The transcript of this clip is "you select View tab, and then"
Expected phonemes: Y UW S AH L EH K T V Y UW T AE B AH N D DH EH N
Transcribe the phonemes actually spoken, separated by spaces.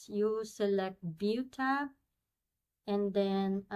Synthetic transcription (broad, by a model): Y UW S AH L EH K T B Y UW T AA AH N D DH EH N